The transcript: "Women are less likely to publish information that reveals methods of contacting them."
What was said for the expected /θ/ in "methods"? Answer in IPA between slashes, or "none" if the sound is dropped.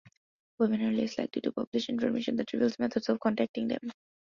/t/